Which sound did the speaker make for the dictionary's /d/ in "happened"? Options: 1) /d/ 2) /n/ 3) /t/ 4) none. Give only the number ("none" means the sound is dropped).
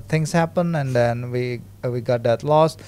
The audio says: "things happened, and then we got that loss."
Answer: 4